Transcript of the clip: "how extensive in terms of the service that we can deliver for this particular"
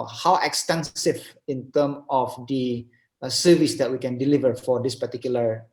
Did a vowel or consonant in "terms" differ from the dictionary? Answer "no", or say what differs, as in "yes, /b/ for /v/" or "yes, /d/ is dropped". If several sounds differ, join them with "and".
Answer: yes, /z/ is dropped